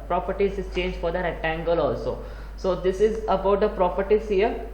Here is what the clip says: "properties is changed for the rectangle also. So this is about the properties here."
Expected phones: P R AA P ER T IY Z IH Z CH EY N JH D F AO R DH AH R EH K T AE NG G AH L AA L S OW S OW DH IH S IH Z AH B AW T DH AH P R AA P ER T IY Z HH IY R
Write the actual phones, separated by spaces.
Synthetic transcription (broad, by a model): P R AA P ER T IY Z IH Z CH EY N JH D F AO R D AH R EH T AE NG G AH L AA L S OW S OW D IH S IH Z AH B AW T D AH P R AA P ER T IY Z HH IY R